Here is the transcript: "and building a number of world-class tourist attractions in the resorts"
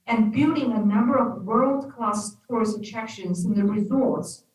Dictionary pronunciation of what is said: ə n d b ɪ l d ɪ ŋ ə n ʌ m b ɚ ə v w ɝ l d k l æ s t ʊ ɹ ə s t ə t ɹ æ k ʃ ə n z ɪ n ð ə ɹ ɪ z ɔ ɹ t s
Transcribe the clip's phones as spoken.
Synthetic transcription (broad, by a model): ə n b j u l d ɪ ŋ ə n ʌ m b ɚ ə v w ɝ l d k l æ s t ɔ ɹ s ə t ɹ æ k ʃ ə n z ɪ n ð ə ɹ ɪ z ɔ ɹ t s